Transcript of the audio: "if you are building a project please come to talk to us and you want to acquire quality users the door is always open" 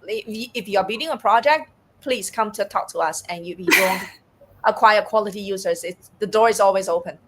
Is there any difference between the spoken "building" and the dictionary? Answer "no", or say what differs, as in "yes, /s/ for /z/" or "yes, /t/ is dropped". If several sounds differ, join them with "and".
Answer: yes, /l/ is dropped